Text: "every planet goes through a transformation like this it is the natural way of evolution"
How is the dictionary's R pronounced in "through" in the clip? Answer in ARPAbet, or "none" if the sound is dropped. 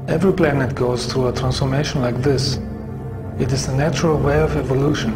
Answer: R